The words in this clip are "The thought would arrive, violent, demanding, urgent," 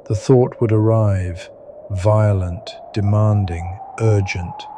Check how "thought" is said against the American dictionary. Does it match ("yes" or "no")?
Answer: yes